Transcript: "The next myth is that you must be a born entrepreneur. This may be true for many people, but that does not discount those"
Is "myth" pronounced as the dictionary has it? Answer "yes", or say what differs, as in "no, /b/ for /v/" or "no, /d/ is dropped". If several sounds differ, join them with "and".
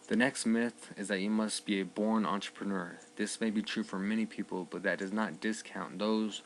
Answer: yes